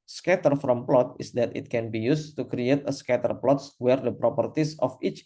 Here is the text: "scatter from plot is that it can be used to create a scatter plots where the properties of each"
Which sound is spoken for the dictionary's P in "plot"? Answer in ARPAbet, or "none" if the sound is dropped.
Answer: P